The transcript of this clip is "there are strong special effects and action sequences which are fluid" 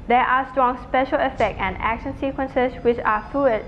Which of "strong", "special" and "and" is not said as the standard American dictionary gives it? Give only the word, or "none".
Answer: none